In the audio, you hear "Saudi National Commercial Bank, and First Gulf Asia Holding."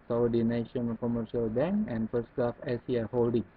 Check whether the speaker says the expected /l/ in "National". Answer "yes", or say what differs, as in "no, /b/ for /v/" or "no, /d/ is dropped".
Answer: no, /n/ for /l/